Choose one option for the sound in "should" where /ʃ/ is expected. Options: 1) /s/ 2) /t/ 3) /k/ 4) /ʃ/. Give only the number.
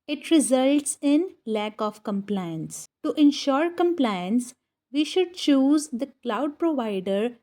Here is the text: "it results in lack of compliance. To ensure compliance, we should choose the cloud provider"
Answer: 4